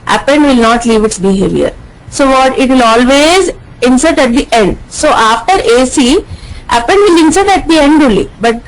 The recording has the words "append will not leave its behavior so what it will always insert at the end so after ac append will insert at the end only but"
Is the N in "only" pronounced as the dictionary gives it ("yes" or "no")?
no